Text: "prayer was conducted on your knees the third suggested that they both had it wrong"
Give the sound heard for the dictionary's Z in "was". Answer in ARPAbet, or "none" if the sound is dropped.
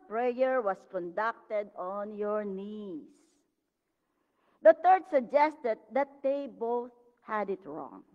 S